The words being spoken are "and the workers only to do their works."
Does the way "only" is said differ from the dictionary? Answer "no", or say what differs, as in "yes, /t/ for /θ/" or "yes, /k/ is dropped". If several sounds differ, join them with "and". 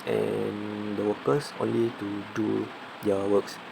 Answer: no